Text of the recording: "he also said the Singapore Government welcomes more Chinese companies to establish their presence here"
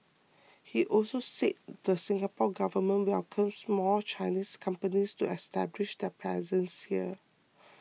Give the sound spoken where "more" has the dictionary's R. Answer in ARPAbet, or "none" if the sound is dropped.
L